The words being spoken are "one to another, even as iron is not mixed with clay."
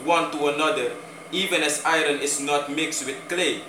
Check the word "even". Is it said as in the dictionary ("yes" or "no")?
yes